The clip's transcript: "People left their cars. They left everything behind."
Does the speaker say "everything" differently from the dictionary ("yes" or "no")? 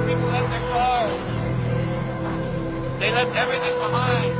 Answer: no